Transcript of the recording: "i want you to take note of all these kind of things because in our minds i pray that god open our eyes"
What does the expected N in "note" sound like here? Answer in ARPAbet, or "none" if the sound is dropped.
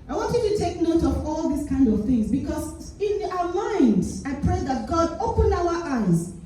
N